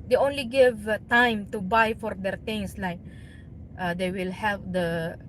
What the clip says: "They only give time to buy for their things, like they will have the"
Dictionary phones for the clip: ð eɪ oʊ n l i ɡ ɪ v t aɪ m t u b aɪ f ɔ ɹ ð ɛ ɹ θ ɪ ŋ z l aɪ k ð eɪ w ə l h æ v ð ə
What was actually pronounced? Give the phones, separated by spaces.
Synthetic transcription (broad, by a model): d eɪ oʊ n l i ɡ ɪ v t aɪ m t u b aɪ f ɔ ɹ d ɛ ɹ t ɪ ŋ s l aɪ k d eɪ w ə l h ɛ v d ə